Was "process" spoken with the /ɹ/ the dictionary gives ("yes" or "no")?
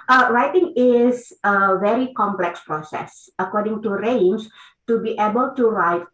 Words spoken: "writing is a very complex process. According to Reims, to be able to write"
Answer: yes